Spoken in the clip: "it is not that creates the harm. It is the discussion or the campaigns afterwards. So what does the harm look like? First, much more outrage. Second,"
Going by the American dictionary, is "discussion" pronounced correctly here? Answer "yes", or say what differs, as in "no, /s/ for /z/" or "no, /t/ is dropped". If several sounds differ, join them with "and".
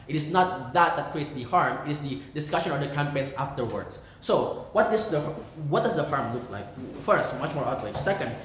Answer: yes